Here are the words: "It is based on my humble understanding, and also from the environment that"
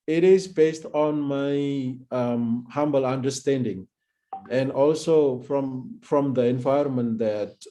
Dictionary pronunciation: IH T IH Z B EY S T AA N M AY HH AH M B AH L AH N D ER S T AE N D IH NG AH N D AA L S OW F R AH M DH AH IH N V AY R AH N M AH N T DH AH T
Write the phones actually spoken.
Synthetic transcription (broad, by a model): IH T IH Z B EY S T AA N M AY HH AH M B AH L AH N D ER S T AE N D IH NG AH N D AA L S OW F R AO M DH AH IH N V AY AH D M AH N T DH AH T